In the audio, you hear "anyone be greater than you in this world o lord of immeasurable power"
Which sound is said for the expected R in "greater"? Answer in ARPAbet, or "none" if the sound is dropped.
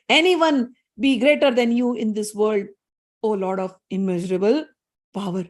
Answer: R